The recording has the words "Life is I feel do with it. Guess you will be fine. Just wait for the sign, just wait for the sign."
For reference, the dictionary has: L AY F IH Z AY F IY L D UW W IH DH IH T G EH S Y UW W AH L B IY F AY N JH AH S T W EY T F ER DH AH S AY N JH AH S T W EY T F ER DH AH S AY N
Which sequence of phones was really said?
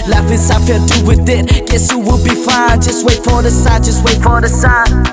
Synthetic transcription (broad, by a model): L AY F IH S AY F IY D UW W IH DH IH T G EH S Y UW W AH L B IY F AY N JH AH S T W EY T F ER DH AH S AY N JH AH S T W EY T F ER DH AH S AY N